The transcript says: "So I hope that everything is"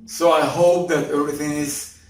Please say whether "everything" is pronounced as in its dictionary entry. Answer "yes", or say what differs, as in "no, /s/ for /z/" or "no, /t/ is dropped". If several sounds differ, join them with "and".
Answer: yes